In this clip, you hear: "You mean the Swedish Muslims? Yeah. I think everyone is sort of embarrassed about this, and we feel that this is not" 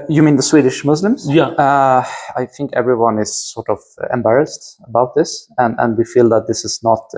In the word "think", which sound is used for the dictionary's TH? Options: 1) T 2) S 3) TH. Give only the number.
3